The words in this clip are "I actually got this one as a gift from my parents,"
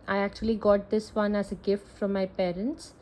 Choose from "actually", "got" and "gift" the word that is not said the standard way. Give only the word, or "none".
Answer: none